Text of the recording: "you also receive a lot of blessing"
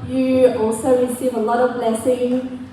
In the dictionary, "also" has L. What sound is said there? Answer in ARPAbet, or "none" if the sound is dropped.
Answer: L